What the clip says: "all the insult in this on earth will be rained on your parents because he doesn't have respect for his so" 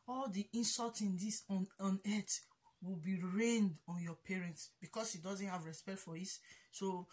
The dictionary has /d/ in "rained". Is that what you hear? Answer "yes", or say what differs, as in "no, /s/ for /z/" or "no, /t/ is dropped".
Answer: yes